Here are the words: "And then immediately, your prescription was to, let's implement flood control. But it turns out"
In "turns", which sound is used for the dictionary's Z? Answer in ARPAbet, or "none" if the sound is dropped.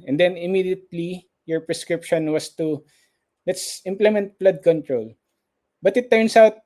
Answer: S